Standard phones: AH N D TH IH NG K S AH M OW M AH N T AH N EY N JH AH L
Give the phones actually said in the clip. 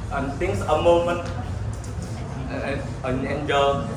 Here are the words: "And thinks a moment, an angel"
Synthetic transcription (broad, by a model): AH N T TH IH NG S AH M OW M AH N T AH N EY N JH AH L